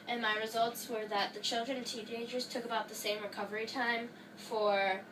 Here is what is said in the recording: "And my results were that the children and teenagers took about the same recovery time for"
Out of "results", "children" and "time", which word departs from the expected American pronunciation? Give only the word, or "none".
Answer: none